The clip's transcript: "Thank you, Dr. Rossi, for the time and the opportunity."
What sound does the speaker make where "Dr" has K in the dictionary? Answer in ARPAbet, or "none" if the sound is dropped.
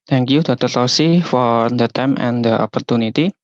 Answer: none